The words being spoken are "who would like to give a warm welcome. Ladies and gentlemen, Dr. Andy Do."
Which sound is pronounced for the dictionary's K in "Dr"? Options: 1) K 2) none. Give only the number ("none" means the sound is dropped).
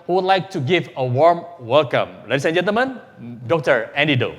1